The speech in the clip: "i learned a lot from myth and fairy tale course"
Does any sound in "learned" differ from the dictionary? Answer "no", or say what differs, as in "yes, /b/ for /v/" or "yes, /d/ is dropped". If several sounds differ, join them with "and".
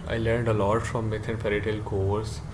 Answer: no